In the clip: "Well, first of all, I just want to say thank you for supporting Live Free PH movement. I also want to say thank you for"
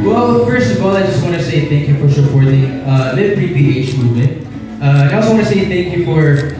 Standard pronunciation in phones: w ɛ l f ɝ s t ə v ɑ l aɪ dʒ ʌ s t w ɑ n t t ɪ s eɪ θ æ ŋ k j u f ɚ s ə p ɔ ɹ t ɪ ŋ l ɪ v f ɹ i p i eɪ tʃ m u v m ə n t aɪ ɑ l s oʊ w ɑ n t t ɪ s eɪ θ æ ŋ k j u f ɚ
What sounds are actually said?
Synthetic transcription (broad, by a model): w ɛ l f ɝ s t ə v ɑ l aɪ dʒ ʌ s t w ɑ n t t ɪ s eɪ θ æ ŋ k j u f ɚ ʃ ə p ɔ ɹ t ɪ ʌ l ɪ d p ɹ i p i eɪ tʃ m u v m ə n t aɪ ɑ l s oʊ w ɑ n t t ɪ s eɪ θ æ ŋ k j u f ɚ